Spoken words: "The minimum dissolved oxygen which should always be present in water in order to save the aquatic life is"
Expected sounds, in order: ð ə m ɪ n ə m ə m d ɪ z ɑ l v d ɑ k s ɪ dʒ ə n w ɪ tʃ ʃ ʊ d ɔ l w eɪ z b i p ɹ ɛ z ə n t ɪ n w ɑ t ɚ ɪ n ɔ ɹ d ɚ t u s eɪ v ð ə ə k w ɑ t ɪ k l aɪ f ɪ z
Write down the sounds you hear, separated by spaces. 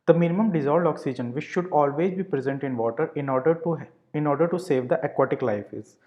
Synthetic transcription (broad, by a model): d ə m ɪ n ə m ə m d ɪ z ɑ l d ɑ k s ɪ dʒ ə n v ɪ tʃ ʃ ʊ d ɔ l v eɪ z b i p ɹ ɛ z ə n t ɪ n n ɑ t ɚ ɪ n ɔ ɹ d ɚ t u s eɪ v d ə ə k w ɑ t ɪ k l aɪ f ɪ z